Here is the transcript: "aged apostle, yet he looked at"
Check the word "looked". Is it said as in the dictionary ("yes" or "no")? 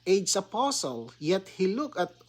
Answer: no